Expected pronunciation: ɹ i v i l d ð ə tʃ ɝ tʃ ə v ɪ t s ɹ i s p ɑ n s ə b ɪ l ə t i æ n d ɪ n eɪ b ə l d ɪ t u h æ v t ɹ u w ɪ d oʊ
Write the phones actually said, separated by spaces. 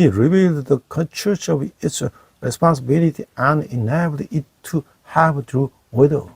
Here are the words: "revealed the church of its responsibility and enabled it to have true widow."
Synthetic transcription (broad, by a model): ɹ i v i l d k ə tʃ ɝ tʃ ə v ɪ t s ɹ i s p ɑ n s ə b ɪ l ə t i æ n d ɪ n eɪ ə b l ɪ t u h æ v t ɹ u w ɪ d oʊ